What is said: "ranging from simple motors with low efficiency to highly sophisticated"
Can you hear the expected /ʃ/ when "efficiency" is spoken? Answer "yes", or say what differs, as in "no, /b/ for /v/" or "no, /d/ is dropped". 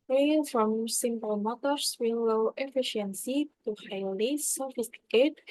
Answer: yes